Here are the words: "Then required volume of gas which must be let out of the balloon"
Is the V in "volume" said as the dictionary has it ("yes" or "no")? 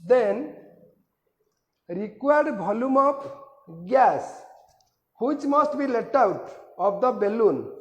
no